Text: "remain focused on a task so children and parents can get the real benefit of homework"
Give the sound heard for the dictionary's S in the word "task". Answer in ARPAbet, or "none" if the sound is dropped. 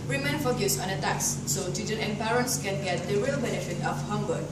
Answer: none